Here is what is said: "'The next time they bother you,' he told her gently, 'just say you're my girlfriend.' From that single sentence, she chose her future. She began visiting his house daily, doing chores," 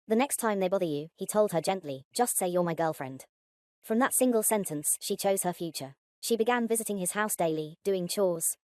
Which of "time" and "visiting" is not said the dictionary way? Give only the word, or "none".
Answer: none